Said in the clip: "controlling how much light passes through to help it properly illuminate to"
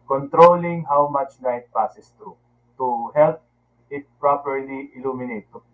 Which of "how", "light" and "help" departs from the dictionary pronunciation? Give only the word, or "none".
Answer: light